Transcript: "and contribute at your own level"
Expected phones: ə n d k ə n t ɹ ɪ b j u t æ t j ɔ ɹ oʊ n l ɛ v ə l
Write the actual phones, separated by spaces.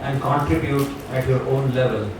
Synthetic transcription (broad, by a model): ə n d k ə n t ɹ ɪ b j u t æ t j ɔ ɹ oʊ n l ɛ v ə l